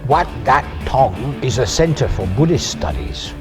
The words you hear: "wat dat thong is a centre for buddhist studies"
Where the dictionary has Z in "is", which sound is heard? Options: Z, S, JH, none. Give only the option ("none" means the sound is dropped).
Z